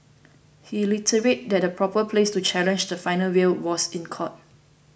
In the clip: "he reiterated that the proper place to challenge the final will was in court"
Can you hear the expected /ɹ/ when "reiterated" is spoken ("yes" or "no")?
no